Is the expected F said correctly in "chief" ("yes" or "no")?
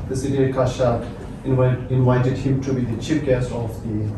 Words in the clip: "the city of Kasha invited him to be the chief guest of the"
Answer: no